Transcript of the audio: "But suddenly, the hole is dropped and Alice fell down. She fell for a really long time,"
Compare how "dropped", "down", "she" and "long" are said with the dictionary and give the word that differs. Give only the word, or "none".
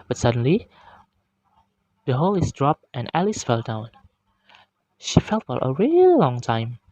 none